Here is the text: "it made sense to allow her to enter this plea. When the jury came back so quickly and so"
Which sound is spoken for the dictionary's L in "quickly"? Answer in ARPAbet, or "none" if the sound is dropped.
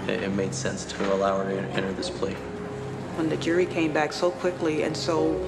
L